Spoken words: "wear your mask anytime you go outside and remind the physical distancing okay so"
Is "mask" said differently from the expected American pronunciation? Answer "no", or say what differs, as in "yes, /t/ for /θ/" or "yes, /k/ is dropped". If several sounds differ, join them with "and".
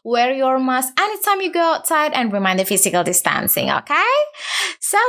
yes, /k/ is dropped